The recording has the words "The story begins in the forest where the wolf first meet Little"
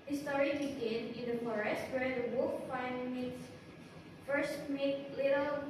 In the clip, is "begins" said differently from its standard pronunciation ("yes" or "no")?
yes